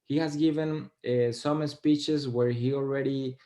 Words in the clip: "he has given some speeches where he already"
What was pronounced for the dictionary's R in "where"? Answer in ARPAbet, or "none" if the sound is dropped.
R